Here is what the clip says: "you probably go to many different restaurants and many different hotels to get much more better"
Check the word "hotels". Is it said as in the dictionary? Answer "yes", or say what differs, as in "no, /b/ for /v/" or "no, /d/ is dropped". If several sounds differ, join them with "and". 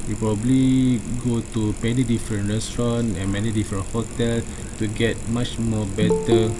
no, /z/ is dropped